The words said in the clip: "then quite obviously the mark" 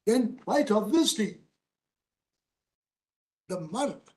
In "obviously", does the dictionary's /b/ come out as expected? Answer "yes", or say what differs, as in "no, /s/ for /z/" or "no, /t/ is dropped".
no, /b/ is dropped